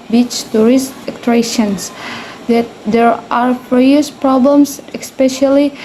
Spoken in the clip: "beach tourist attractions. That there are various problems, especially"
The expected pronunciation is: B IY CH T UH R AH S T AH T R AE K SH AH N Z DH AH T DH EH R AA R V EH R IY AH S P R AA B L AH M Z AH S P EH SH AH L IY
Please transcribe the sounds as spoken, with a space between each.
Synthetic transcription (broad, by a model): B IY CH T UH R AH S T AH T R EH SH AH N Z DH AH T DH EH R AA R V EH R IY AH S P R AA B L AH M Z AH S P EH SH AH L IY